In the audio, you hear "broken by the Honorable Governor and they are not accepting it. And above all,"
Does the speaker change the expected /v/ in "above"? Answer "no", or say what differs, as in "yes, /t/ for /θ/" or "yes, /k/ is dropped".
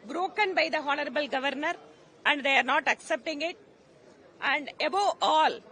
yes, /v/ is dropped